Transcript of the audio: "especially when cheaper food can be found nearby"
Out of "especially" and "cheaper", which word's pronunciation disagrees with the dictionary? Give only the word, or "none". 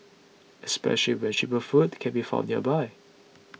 cheaper